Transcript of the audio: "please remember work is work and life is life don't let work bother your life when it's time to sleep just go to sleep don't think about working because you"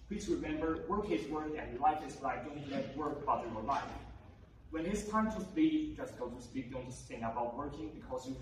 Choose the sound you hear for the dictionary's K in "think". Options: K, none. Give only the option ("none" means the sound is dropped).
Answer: none